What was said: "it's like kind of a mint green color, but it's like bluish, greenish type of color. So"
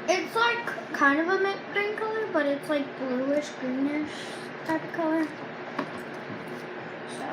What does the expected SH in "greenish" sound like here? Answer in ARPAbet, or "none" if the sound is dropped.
SH